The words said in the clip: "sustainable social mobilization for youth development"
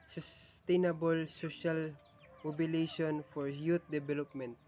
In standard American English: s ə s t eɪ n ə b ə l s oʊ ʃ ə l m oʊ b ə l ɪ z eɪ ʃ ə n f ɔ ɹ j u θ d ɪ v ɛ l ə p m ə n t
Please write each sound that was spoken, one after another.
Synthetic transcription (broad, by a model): s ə s t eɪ n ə b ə l s oʊ ʃ ə l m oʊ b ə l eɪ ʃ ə n f ɔ ɹ j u t d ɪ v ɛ l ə p m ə n t